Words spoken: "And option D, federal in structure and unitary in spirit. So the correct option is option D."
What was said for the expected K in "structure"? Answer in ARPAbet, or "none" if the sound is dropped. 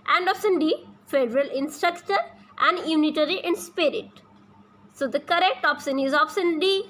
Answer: K